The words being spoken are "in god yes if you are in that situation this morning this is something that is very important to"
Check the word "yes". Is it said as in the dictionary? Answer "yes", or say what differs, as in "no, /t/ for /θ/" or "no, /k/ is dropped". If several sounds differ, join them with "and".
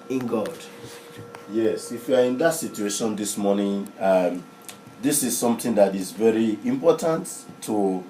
yes